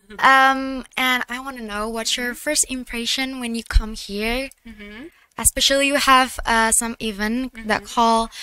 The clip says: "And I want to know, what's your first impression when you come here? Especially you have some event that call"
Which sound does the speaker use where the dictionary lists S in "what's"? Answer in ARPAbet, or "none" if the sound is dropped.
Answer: none